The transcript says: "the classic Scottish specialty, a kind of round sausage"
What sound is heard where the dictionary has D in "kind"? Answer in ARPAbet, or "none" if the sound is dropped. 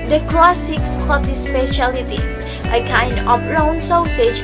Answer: D